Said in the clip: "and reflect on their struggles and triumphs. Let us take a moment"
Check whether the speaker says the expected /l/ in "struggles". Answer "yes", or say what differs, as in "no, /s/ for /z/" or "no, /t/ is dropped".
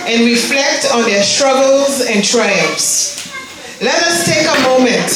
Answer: yes